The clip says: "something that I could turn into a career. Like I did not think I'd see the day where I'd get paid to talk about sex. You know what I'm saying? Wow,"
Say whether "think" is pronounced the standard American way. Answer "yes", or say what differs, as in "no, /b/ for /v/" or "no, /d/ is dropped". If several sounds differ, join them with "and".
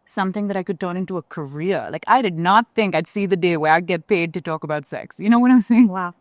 yes